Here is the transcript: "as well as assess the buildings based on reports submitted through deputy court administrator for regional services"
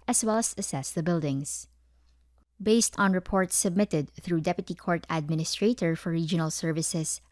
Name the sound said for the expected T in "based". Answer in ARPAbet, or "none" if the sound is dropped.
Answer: T